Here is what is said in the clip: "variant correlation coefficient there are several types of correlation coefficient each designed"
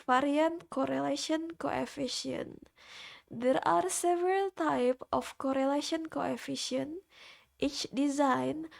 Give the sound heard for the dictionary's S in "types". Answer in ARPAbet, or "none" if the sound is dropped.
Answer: none